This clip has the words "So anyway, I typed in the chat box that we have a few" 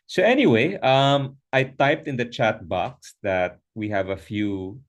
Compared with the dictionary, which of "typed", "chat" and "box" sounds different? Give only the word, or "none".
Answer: none